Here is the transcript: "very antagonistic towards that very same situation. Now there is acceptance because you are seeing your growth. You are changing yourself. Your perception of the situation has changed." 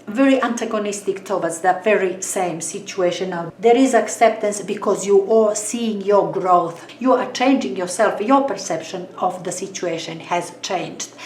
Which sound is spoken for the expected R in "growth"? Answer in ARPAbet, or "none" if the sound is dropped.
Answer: R